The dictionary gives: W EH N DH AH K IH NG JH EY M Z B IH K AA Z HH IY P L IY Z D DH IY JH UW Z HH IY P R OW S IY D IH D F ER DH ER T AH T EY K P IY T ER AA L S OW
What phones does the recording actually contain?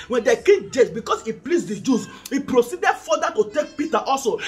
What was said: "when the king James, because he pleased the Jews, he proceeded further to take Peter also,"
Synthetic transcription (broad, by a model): W EH N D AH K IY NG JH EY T B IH K AA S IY P L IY S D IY JH UW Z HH IY P R OW S IY D IH D F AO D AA T AH T EY K P IY T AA AA L S OW